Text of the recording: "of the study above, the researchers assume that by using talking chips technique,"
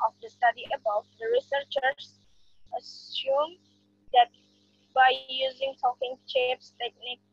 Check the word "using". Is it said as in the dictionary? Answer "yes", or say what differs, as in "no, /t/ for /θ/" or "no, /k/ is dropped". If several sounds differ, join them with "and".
yes